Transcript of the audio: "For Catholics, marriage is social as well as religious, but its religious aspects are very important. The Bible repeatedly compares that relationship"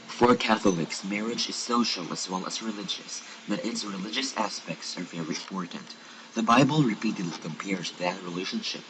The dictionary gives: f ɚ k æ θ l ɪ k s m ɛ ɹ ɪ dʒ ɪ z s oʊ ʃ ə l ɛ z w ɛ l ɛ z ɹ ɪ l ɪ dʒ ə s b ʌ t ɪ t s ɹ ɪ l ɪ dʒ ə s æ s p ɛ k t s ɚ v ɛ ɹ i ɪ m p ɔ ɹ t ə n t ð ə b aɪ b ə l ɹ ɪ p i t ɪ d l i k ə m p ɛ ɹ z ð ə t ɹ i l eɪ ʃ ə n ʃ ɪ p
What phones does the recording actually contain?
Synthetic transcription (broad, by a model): f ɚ k æ θ l ɪ k s m ɛ ɹ ɪ dʒ ɪ z s oʊ ʃ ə l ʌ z w ɛ l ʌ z ɹ ɪ l ɪ dʒ ə s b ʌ t ɪ t s ɹ ɪ l ɪ dʒ ə s æ s p ɛ k t s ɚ v ɛ ɹ i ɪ m p ɔ ɹ t n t ð ə b aɪ b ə l ɹ ɪ p i t ɪ d l i k ə m p ɛ ɹ z ð ə t ɹ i l eɪ ʃ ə n ʃ ɪ p